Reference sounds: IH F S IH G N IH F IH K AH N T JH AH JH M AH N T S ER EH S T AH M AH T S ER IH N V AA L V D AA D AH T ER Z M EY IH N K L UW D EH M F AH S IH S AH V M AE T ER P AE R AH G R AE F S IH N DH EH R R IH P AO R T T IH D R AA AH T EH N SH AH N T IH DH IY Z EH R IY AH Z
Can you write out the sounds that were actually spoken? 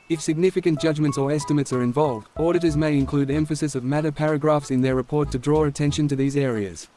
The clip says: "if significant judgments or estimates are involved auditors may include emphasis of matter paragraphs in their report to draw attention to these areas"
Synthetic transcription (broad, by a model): IH F S IH G N IH F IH K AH N JH AH JH M AH N T S ER EH S T AH M AH T S ER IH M V AA L V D AA D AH T ER Z M EY IH N K L UW D EH M F AH S IH S AH V M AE T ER P AE R AH G R AE F S IH N DH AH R R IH P AO R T T IH D R AA AH T EH N SH AH N T IH DH IY Z EH R IY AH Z